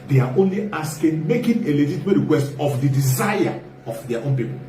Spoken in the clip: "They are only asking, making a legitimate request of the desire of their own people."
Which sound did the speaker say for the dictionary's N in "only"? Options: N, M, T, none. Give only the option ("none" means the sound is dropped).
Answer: N